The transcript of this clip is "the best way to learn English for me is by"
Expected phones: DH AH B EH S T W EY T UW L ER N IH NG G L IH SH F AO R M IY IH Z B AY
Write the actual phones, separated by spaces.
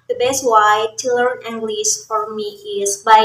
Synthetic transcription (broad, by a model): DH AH B EH S T W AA T UW L ER N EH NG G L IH S F AO R M IY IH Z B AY